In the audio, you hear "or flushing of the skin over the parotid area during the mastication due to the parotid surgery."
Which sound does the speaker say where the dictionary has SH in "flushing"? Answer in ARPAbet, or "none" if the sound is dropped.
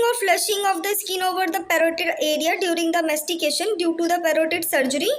SH